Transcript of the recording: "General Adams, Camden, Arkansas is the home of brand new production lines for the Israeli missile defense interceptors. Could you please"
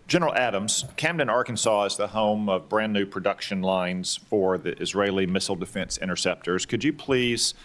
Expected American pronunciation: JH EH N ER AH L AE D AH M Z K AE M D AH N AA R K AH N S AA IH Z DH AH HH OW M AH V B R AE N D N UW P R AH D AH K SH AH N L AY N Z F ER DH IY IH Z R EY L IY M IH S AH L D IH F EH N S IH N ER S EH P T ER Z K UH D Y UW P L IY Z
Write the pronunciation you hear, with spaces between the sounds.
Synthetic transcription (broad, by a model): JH EH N ER L AE D AH M Z K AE M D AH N AA R K AH N S AA IH Z DH AH HH OW M AH V B R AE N N UW P R AH D AH K SH AH N L AY N Z F ER DH IY IH Z R EY L IY M IH S L D IH F EH N S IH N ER S EH P T ER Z K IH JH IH P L IY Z